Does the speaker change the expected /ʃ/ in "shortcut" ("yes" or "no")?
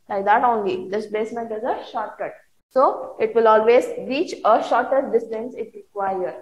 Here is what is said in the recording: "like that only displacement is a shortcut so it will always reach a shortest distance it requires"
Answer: no